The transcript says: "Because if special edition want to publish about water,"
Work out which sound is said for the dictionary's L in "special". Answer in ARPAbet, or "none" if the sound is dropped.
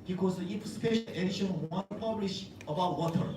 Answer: N